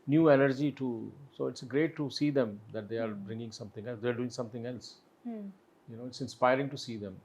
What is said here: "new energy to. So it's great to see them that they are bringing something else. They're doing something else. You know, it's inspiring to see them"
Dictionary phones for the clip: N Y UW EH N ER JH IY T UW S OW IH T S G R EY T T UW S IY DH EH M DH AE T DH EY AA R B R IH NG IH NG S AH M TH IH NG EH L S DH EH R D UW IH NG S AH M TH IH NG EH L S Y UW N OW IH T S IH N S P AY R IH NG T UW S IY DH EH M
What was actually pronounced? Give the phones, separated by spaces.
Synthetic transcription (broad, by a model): N Y UW EH N ER JH IY T UW S OW IH T S G R EY T T UW S IY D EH M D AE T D EY AA R B R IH NG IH NG S AH M T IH NG EH L S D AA R D UW IH NG S AH M T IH NG EH L S Y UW N OW IH T S IH N S P AY R IH NG T UW S IY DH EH M